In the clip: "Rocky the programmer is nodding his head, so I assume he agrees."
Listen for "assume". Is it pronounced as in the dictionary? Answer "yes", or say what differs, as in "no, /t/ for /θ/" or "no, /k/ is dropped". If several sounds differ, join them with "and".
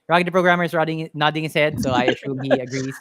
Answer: no, /ʃ/ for /s/